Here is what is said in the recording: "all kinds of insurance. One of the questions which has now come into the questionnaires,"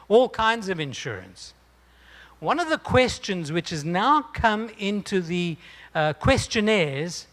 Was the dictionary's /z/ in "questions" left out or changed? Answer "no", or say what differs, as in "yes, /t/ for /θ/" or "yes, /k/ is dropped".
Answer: no